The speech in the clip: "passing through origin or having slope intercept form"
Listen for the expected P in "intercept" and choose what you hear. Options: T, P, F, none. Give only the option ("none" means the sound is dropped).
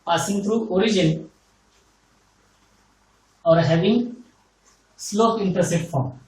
none